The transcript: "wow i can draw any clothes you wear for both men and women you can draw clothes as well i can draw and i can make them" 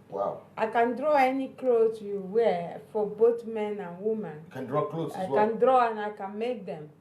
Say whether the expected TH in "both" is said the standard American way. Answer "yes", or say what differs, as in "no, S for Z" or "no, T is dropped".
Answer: no, T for TH